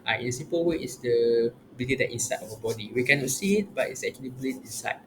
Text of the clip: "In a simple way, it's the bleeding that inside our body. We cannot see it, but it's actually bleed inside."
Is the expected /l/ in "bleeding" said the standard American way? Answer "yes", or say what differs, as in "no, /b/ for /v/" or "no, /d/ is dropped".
no, /l/ is dropped